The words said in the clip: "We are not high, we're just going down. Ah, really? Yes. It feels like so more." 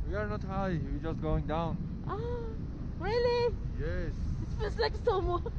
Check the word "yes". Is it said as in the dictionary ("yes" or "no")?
yes